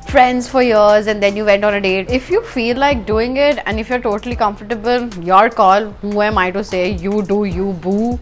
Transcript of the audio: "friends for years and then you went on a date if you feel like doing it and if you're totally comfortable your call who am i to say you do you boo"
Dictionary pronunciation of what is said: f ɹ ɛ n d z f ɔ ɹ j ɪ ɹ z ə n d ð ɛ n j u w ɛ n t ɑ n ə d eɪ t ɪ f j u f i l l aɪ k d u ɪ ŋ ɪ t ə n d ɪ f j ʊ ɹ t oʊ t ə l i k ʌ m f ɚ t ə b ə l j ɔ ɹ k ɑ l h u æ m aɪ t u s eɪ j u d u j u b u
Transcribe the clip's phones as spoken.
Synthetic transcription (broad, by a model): f ɹ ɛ n d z f ɔ ɹ j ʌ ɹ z ə n d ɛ n j u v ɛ n t ɑ n ə d eɪ t ɪ f j u f i l l aɪ k d u ɪ ŋ ɪ t ə n d ɪ f j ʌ ɹ t oʊ t ə l i k ʌ m f ɚ t ə b ə l j ɔ ɹ k ɑ l h u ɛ m aɪ t u s eɪ j u d u j u b u